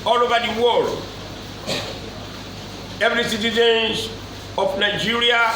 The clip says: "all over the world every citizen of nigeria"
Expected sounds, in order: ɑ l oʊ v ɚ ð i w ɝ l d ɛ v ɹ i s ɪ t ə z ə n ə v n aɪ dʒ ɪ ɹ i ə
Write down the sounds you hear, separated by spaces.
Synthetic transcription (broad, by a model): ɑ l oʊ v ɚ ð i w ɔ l ɛ v ɹ i s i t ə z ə n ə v n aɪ dʒ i ɹ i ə